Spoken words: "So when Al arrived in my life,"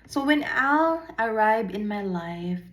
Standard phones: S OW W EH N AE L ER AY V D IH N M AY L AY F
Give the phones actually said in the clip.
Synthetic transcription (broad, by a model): S OW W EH N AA L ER AY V IH N M AY L AY F